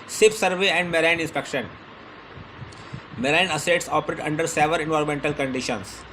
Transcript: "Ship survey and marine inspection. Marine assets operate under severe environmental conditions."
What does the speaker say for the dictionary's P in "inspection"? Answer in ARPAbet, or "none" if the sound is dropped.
P